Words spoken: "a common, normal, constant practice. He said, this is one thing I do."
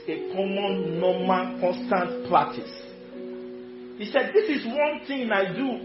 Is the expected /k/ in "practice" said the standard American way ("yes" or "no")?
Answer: no